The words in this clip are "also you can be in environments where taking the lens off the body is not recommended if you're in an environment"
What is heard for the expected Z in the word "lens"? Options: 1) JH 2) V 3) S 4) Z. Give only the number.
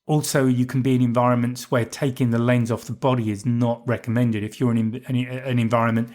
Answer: 4